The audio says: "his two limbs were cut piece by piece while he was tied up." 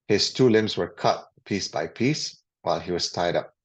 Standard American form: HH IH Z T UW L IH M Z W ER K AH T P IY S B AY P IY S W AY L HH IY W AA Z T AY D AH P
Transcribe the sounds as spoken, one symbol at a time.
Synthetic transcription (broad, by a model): HH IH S T UW L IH M S W ER K AH T P IY S B AY P IY S W AY L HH IY W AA S T AY D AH P